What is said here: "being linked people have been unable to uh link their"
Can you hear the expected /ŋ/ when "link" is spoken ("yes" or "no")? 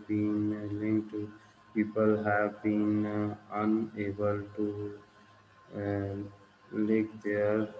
no